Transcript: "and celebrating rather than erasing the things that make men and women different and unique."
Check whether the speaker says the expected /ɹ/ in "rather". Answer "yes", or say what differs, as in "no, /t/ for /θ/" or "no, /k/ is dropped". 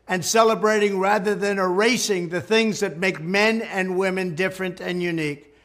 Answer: yes